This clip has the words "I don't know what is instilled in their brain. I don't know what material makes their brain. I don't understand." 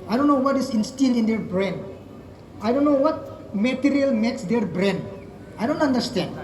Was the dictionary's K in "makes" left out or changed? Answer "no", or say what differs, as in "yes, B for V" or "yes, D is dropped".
no